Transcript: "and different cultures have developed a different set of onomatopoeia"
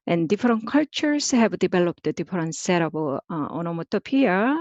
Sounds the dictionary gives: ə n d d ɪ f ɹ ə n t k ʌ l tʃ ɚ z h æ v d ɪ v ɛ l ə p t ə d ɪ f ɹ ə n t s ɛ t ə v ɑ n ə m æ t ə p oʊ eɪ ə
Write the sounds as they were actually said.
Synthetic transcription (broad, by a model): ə n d d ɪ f ɹ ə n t k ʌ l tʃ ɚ s h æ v d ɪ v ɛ l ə p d ə d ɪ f ɹ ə n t s ɛ t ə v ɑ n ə m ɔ t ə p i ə